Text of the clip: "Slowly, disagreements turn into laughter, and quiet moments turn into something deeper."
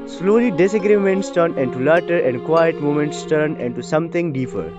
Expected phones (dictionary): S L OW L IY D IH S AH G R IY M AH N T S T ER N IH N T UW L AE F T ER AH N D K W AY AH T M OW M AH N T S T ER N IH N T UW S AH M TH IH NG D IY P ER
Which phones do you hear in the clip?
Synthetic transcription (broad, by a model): S L OW L IY D IH S AH G R IY M AH N T S T ER N IH N T UW L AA T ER AH N D K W AY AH T M OW M AH N T S T ER N IH N T UW S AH M T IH NG D IY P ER